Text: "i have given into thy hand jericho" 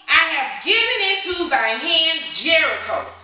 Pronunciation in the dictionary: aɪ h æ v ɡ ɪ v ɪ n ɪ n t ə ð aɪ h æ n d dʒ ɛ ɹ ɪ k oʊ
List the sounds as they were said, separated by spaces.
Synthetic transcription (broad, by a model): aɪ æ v ɡ ɪ v ɪ n ɪ t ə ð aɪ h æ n dʒ ɛ ɹ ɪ k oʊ